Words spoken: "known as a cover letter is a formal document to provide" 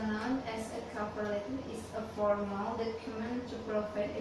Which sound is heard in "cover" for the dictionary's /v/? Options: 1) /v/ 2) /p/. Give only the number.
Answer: 2